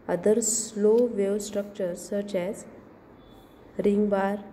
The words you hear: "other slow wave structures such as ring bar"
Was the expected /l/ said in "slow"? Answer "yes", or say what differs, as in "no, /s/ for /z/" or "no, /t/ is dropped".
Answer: yes